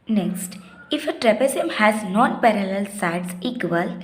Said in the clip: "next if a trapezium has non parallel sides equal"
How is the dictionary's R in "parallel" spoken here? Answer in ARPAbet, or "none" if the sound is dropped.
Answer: R